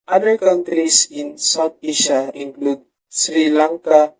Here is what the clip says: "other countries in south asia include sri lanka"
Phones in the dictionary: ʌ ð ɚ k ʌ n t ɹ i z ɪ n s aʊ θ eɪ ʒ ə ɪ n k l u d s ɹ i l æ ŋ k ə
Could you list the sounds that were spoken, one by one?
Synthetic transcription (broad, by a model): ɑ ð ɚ k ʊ n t ɹ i s ɪ n s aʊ t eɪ ʃ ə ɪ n k l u d s ɹ i l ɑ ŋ k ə